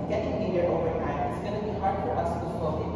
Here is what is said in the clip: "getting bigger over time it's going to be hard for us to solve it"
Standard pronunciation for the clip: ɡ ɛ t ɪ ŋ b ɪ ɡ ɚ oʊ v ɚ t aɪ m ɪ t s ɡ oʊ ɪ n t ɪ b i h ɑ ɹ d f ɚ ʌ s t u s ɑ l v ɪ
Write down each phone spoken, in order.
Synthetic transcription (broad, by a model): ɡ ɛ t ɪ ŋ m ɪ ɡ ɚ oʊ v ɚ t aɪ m ɪ t s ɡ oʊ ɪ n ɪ b i h ɑ ɹ d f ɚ ʌ s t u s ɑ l ɪ